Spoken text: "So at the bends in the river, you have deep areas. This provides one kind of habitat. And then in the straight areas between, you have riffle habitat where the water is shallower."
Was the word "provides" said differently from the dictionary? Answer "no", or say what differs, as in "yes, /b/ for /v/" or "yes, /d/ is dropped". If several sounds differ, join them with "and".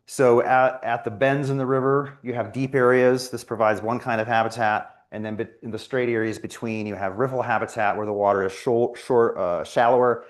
no